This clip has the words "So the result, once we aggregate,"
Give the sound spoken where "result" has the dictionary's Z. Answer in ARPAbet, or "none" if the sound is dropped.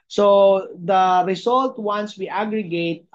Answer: S